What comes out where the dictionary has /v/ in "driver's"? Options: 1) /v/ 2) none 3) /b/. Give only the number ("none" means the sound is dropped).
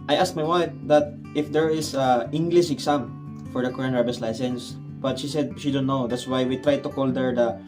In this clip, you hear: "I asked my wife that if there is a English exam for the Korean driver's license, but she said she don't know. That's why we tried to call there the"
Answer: 3